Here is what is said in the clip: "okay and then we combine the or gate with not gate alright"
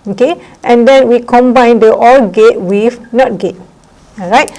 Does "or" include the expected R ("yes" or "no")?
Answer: no